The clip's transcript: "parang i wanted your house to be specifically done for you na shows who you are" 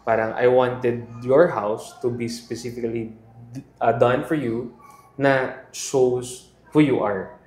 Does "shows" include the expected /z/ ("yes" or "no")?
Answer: no